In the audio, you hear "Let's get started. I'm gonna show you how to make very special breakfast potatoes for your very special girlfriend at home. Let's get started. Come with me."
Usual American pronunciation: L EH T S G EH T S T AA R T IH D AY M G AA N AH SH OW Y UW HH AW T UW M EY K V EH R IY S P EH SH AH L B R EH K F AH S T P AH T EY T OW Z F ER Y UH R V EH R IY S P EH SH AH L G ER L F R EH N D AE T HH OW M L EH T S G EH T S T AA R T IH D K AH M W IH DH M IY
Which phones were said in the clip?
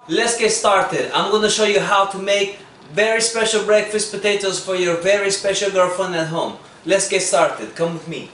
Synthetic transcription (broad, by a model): L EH T S G EH T S T AA R T IH D AY M G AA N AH SH OW Y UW HH AW T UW M EY K V EH R IY S P EH SH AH L B R EH K F AH S T P AH T EY T OW Z F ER Y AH R V EH R IY S P EH SH AH L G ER F AH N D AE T HH OW M L EH T S G EH T S T AA R T IH D K AH M W IH DH M IY